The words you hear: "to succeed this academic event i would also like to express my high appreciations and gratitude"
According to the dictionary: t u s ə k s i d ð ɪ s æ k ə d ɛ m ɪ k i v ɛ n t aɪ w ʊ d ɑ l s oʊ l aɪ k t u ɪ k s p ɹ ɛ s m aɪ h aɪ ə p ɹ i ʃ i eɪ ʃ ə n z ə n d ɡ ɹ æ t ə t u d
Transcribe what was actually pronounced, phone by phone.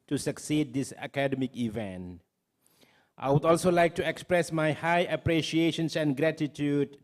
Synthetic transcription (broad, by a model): t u s ə k s i d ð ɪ s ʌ k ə d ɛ m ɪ k i v ɛ n t aɪ w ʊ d ɑ l s oʊ l aɪ k t u ɪ k s p ɹ ɛ s m aɪ h aɪ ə p ɹ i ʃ i eɪ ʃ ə n s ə n ɡ ɹ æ t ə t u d